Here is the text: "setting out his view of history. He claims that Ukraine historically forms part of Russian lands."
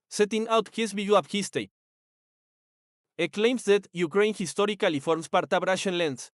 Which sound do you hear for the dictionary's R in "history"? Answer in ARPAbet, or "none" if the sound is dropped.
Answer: none